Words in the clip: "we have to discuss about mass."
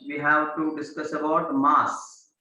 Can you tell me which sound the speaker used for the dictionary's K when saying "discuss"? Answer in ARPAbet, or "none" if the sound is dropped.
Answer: K